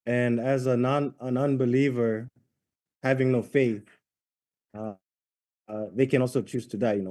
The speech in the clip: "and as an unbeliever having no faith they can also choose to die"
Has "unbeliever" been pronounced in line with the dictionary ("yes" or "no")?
yes